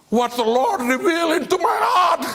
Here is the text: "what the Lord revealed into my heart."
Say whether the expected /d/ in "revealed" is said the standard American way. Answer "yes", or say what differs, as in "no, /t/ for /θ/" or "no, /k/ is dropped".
no, /d/ is dropped